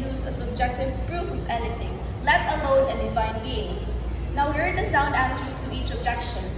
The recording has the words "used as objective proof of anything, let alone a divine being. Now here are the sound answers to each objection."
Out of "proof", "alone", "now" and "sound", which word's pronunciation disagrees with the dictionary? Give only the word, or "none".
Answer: none